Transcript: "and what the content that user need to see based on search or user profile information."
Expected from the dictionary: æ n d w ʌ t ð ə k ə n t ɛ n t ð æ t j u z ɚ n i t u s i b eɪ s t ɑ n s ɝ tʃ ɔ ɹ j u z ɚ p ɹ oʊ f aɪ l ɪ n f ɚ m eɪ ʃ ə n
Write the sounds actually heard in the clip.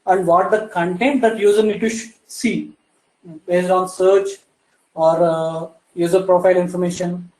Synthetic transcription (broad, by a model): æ n d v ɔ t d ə k ə n t ɛ n t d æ t j u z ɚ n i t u s i b eɪ s t ɑ n s ɝ tʃ ɔ ɹ j u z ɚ p ɹ oʊ f aɪ l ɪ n f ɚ m eɪ ʃ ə n